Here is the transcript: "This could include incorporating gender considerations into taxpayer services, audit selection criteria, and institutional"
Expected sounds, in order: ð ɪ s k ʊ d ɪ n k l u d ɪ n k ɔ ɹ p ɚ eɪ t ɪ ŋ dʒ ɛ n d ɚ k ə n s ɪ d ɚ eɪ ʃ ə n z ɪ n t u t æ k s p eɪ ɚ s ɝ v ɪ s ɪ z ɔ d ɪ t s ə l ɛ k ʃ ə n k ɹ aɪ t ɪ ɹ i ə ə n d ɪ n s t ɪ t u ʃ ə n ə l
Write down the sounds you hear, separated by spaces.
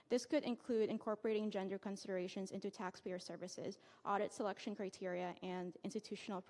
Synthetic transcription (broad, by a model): ð ɪ s k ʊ d ɪ n k l u d ɪ n k ɔ ɹ p ɚ eɪ t ɪ ŋ dʒ ɛ n d ɚ k ə n s ɪ d ɚ eɪ ʃ ə n z ɪ n t u t æ k s p eɪ ɚ s ɝ v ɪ s ɪ z ɔ d ɪ t s ə l ɛ k ʃ ə n k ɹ aɪ t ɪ ɹ i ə ə n d ɪ n s t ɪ t u ʃ n l